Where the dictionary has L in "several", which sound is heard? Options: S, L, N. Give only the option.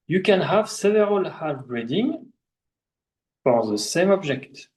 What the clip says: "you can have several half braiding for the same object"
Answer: L